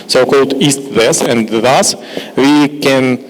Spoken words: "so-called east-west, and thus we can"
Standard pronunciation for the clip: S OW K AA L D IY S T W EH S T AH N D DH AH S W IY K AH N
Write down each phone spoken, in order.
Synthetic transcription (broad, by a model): S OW K AA L D IY S T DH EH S AH N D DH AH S W IY K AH N